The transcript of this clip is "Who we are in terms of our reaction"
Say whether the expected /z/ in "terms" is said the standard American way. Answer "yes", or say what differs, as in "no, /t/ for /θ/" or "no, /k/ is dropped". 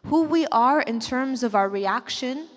yes